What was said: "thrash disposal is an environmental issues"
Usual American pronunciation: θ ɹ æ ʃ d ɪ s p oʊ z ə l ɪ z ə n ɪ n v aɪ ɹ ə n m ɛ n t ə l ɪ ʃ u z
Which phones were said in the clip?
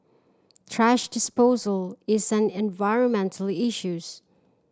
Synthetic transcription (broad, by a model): t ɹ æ ʃ d ɪ s p oʊ z ə l ɪ z ə n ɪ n v aɪ ɹ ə n m ɛ n t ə l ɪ ʃ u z